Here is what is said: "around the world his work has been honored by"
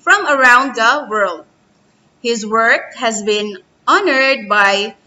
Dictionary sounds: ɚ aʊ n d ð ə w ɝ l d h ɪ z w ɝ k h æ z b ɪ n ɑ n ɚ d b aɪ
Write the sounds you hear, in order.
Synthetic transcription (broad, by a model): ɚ aʊ n d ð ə w ɝ l d h ɪ z w ɝ k h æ z b ɪ n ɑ n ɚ d b aɪ